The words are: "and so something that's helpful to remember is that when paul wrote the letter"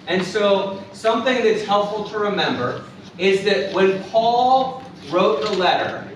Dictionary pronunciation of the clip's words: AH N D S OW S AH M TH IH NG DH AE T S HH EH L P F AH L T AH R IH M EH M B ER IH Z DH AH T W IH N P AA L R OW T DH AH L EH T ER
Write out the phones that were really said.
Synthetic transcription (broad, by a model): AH N S OW S AH M TH IH NG DH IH T S HH EH L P F L T AH R IH M EH M B ER IH Z DH AH T W IH N P AA L R OW T DH AH L EH T ER